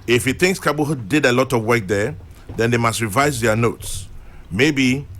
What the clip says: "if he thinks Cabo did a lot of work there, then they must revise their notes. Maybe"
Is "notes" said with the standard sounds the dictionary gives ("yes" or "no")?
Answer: yes